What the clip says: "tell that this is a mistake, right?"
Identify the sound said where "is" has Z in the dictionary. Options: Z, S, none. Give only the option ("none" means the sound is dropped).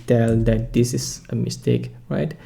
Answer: S